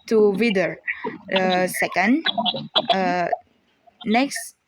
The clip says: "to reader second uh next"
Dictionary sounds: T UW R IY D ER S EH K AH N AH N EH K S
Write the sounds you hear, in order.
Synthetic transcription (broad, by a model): T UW W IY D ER S EH K AH N AH N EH K S